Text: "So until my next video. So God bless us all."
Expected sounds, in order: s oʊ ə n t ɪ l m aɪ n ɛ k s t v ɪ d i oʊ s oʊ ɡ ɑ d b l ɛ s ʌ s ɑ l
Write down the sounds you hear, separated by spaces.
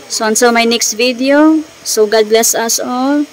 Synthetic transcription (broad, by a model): s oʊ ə n s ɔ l m aɪ n ɛ k s t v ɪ d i oʊ s oʊ ɡ ɑ d b l ɛ s ʌ s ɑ l